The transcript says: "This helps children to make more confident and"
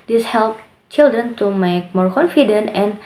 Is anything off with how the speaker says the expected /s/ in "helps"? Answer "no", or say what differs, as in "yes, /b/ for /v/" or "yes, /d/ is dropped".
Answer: yes, /s/ is dropped